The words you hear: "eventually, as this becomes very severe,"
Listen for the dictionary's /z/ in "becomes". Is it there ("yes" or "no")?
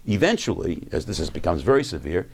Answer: yes